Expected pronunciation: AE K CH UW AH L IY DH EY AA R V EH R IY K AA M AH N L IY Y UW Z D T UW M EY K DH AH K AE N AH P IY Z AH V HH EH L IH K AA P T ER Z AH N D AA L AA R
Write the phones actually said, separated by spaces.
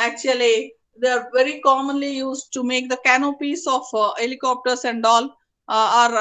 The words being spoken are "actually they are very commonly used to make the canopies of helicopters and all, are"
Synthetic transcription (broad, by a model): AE K CH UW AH L IY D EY AA R V EH R IY K AA M AH N L IY Y UW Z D T UW M EY K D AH K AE N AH P IY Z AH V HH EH L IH K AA P T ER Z AH N D AA L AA R